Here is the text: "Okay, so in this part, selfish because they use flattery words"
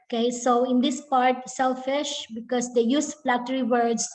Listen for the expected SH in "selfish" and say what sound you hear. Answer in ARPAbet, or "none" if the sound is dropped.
SH